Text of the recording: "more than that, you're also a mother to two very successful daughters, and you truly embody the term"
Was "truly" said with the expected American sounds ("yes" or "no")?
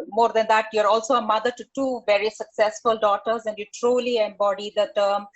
yes